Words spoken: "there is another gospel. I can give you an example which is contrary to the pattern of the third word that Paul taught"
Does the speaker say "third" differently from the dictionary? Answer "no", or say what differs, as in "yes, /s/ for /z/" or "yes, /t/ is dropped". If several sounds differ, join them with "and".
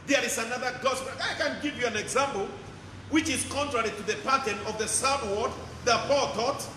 yes, /s/ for /θ/